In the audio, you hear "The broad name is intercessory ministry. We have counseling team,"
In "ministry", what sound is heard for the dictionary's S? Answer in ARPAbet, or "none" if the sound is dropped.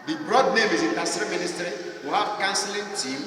S